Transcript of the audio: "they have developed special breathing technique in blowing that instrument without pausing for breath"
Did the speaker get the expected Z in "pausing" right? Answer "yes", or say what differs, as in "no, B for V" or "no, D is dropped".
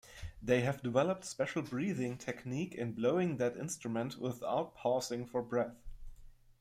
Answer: no, S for Z